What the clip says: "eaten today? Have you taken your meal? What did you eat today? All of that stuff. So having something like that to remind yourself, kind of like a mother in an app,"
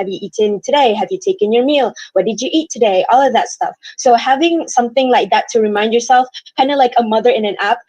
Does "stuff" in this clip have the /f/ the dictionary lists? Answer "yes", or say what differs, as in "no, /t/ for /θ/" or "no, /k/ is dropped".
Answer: yes